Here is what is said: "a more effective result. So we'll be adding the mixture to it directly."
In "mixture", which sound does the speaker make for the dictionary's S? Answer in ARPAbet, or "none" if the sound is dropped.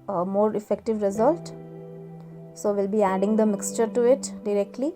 S